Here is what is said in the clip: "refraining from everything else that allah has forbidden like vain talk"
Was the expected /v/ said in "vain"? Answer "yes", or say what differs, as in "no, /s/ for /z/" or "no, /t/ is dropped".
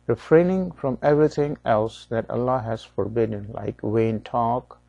no, /w/ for /v/